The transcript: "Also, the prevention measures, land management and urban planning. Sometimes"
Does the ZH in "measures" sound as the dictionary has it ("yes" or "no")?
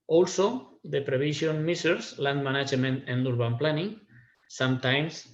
no